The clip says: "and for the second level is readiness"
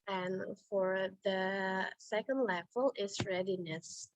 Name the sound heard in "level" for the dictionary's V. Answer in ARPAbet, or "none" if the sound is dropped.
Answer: F